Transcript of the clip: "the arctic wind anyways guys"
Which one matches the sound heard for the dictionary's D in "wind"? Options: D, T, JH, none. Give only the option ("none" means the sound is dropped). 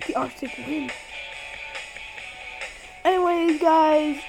none